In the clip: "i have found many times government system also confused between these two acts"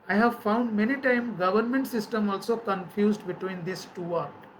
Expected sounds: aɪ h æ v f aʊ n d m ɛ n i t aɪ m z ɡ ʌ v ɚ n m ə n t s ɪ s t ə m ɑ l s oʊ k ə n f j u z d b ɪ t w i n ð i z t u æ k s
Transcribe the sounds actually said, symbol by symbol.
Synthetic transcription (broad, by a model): aɪ h æ v f aʊ n d m ɛ n i t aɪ m ɡ ʌ v ɚ n m ə n t s ɪ s t ə m ɑ l s oʊ k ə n f j u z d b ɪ t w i n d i s t u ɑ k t